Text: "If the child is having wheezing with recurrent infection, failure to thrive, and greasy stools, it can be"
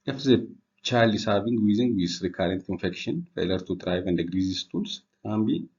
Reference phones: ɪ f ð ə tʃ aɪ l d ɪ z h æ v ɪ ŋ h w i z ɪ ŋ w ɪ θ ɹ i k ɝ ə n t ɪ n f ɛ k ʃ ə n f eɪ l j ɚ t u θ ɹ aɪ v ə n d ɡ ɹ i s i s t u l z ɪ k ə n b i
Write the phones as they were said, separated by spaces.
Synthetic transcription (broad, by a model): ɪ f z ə tʃ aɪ l ɪ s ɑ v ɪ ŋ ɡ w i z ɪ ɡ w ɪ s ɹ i k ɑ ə n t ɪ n f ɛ k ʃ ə n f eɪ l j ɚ t u t ɹ aɪ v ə n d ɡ ɹ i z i s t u l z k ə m b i